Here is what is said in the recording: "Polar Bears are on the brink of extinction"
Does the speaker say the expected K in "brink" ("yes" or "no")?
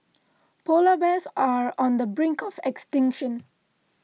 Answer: yes